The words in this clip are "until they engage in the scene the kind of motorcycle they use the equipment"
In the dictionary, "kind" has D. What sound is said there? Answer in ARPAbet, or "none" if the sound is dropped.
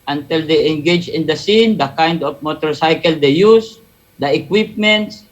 D